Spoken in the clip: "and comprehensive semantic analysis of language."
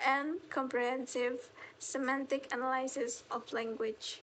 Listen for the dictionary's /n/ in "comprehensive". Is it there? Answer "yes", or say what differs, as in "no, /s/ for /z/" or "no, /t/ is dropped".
yes